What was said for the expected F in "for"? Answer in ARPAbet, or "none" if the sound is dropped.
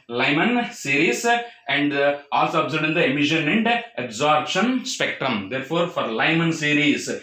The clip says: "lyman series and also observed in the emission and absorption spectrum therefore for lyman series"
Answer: F